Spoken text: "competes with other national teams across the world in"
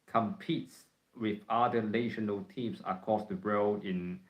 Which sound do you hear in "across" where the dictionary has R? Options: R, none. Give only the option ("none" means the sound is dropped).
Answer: none